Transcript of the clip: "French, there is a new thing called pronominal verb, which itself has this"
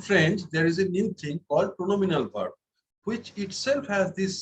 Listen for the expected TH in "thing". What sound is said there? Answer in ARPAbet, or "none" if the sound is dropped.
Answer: T